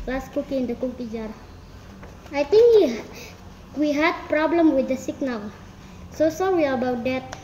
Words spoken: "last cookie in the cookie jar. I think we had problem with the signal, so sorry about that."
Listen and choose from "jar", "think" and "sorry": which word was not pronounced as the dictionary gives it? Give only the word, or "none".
think